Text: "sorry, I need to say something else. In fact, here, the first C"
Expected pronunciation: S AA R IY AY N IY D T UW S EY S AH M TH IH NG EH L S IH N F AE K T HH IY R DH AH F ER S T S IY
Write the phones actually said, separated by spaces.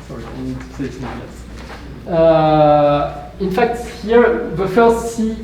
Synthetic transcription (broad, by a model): S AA R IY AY N IY D T UW S EY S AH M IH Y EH S IH N F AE K T HH IY R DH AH F ER S T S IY